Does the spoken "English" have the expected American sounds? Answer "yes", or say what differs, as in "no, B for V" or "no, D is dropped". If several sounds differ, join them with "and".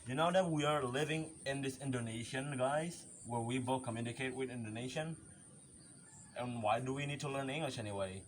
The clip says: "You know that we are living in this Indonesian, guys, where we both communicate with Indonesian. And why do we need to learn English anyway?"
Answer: yes